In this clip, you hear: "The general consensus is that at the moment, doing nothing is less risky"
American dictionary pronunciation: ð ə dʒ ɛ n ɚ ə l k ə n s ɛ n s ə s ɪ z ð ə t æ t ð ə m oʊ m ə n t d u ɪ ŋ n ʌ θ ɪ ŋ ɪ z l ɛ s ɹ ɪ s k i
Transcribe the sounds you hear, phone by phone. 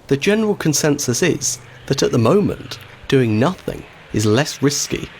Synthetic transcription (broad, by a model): ð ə dʒ ɛ n ɚ ə l k ə n s ɛ n s ə s ɪ z ð ə t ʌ t ð ə m oʊ m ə n d u ɪ ŋ n ʌ θ ɪ ŋ ɪ z l ɛ s ɹ ɪ s k i